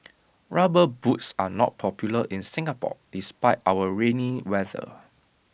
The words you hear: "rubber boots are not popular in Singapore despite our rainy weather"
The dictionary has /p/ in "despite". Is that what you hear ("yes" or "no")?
yes